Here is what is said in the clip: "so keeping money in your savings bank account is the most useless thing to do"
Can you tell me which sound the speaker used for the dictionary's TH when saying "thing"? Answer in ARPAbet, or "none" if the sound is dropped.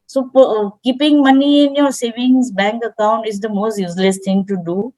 T